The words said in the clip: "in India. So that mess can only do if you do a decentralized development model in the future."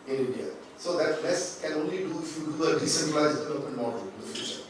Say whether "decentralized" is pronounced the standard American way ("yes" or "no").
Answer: no